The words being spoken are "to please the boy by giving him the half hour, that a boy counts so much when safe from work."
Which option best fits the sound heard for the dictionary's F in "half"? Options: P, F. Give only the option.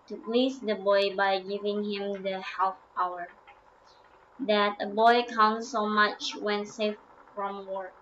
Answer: P